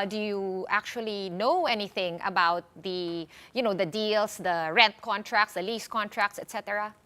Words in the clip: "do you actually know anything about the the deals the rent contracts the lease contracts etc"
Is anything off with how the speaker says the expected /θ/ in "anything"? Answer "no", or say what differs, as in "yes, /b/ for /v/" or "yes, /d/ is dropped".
no